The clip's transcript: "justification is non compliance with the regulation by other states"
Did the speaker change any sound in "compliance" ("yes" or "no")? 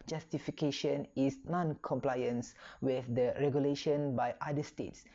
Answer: no